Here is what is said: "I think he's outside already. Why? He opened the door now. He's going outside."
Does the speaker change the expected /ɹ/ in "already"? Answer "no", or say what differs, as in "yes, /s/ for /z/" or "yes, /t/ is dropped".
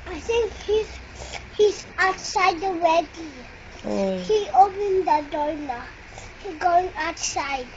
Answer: yes, /w/ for /ɹ/